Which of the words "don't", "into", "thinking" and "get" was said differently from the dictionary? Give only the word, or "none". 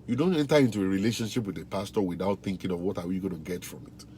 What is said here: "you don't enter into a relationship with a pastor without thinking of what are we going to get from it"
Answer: none